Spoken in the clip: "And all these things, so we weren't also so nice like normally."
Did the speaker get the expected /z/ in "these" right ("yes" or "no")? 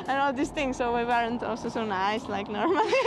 no